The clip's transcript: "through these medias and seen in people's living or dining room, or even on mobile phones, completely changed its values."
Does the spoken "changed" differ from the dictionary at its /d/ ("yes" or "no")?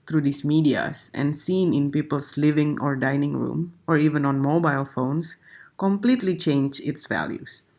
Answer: yes